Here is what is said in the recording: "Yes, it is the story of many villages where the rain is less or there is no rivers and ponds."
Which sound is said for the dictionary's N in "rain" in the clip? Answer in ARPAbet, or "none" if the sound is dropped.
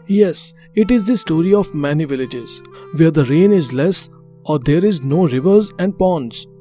N